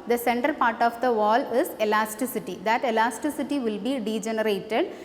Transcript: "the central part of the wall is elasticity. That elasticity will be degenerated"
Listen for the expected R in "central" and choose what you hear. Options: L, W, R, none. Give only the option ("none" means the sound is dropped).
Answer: none